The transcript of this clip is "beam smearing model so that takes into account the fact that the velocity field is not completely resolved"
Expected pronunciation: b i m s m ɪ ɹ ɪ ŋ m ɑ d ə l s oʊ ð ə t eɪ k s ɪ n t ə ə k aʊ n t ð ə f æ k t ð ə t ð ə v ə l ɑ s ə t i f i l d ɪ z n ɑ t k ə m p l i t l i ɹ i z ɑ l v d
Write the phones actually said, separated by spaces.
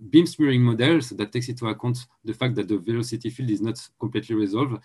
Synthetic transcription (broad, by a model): b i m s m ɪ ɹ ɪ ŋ m ɑ d ə l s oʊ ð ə t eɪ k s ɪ t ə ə k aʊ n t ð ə f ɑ k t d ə t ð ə v ə l ɑ s ə t i f i l d ɪ z n ɑ t k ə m p l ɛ t l i ɹ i z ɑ l v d